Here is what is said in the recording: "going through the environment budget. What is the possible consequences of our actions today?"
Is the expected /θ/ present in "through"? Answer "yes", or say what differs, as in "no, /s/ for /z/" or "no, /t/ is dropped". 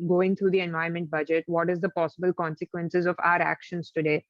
no, /t/ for /θ/